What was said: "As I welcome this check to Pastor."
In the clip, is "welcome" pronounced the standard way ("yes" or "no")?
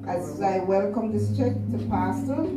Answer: yes